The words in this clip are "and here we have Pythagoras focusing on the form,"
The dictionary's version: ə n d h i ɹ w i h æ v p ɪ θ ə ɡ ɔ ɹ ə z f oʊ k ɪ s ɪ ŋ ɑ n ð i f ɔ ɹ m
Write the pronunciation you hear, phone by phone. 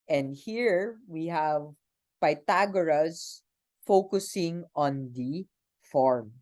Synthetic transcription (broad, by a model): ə n d h i ɹ w i h æ v p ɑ t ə ɡ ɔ ɹ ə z f oʊ k ɪ s ɪ ŋ ɑ n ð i f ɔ ɹ m